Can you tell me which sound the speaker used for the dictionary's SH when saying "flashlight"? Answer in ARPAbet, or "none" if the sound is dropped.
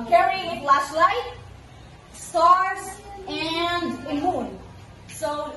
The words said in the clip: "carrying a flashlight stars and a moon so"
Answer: S